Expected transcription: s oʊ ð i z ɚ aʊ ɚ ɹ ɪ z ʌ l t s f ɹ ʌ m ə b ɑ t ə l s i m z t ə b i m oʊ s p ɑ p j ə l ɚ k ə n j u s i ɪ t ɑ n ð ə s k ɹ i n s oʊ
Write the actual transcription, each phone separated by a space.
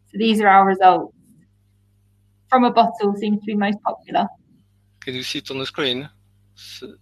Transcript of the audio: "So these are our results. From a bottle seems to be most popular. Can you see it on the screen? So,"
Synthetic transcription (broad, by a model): s oʊ ð i z ɚ aʊ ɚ ɹ ɪ z ʌ l t s f ɹ ʌ m ə b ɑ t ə l s i m z t ə b i m oʊ s p ɑ p j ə l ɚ k ə n j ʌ s i t n ð ə s k ɹ i n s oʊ